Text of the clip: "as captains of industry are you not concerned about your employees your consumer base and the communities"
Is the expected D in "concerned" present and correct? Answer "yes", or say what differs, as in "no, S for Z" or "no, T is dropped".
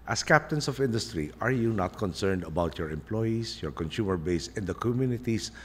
yes